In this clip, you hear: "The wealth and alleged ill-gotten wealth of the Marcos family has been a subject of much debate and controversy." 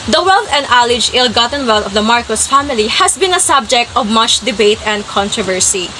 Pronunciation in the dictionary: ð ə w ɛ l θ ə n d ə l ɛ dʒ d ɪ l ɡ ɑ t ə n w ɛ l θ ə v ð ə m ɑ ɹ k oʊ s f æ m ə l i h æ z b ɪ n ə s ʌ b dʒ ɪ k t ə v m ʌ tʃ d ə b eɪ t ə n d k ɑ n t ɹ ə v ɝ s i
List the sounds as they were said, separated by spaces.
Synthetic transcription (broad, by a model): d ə w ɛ l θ ə n d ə l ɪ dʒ ɪ l ɡ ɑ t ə n w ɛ l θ ə v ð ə m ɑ ɹ k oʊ s f æ m ə l i h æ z b ɪ n ə s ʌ b dʒ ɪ k t ə v m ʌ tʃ d ə b eɪ t ə n d k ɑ n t ɹ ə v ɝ s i